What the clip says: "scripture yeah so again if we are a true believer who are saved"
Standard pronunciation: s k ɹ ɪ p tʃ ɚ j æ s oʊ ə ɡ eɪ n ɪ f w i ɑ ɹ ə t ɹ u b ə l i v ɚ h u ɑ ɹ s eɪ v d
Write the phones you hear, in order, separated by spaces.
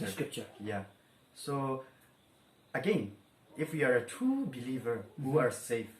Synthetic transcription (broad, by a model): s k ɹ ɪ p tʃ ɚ j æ s oʊ ə ɡ eɪ n ɪ f w i ɑ ɹ ə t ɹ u b ə l i v ɚ h u ɑ ɹ s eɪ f